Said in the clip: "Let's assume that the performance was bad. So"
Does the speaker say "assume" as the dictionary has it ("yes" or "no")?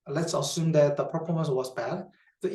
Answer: yes